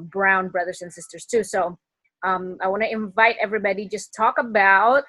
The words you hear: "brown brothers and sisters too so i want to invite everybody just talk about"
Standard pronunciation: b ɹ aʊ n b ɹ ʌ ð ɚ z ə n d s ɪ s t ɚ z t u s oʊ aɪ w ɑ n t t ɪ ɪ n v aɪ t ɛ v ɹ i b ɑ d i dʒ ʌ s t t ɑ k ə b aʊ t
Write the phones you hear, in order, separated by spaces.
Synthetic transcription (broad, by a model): b ɹ aʊ n b ɹ ʌ ð ɚ z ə n s ɪ s t ɚ z t u s oʊ aɪ w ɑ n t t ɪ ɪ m v aɪ t ɛ v ɹ i b ɑ d i dʒ ʌ s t t ɑ k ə b aʊ t